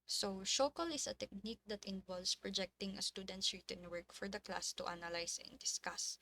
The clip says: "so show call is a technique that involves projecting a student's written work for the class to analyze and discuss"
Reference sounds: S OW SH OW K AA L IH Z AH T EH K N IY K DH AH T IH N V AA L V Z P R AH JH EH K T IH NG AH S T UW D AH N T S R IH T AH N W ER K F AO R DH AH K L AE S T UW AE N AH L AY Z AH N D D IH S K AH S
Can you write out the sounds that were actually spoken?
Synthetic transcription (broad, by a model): S OW SH OW K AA L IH S AH T EH K N IY K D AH T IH N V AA L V S P R AH JH EH K T IH NG AH S T UW D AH N T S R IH T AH N W ER K F AO R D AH K L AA S T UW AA N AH L AY S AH N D D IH S K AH S